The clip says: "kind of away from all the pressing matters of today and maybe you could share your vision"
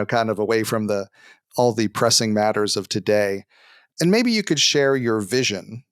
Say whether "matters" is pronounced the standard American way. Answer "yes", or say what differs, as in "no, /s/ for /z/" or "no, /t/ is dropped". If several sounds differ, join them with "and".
yes